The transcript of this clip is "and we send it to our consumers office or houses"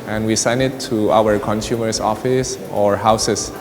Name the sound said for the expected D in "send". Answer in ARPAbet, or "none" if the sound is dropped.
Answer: none